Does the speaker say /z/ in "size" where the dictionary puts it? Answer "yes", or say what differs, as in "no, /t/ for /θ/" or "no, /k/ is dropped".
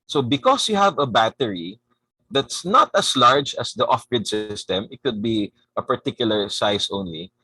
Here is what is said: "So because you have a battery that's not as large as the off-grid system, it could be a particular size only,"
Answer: no, /s/ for /z/